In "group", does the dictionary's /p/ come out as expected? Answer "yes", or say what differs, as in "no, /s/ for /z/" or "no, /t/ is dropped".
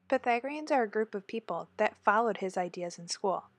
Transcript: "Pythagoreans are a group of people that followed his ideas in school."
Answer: yes